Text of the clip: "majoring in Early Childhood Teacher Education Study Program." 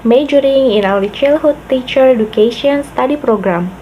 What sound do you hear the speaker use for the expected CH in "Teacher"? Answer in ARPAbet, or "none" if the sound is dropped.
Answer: CH